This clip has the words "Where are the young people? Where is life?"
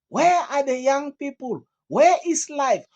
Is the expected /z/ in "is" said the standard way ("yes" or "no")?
no